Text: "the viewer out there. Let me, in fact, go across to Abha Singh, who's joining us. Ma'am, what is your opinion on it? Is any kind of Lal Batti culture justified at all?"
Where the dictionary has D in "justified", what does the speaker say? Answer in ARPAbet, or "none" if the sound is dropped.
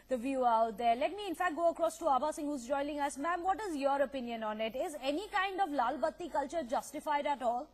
D